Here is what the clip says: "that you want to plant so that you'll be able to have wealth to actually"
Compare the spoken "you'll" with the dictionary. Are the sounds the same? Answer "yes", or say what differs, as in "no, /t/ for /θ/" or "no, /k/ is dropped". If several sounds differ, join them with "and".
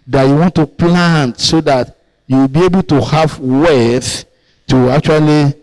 no, /w/ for /l/